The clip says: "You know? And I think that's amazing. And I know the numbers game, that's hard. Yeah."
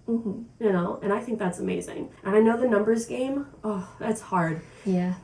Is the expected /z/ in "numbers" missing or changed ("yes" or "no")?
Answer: no